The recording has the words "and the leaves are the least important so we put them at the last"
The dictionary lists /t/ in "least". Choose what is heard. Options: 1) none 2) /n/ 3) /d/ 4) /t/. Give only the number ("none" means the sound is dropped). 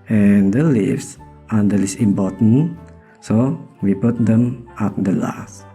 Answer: 1